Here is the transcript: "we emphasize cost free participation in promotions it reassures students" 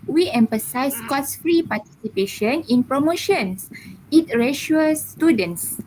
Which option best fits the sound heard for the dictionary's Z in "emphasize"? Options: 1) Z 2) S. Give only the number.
2